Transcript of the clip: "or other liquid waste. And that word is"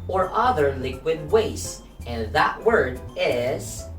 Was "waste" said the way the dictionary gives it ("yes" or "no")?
no